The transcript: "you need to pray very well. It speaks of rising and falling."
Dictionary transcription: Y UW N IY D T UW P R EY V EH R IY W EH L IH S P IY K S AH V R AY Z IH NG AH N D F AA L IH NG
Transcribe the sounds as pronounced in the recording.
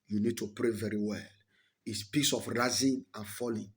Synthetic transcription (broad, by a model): Y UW N IY D T UW P R EY V EH R IY W EH L IH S P IY S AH F R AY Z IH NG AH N F AA L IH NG